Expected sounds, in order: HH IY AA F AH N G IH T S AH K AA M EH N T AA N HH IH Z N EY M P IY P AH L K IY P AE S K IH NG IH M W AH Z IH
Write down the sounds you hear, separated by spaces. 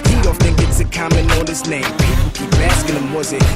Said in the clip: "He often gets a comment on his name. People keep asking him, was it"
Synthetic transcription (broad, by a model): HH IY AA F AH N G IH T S AH K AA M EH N AA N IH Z N EY M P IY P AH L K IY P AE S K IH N IH M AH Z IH